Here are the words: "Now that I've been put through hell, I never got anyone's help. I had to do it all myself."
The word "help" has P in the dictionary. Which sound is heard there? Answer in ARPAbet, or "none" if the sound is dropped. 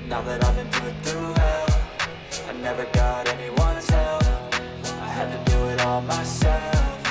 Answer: F